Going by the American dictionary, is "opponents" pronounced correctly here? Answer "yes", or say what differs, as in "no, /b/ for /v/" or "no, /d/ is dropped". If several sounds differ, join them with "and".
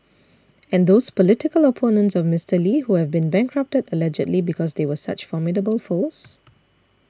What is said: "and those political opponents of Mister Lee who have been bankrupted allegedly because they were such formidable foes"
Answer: yes